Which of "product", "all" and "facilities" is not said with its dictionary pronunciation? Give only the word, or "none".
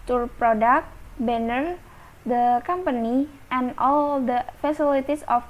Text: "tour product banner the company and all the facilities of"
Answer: facilities